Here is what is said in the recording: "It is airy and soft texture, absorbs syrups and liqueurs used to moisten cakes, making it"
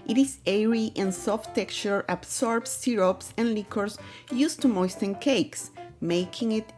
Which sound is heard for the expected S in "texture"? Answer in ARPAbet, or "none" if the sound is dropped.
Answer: none